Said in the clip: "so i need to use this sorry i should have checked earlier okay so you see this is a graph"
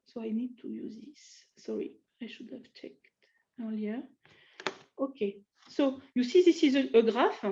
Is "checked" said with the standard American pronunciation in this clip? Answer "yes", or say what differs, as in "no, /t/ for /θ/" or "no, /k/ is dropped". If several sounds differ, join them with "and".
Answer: yes